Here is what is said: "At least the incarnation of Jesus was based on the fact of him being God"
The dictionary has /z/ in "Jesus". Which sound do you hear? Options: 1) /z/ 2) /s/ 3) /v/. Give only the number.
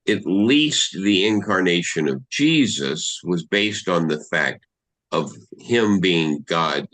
1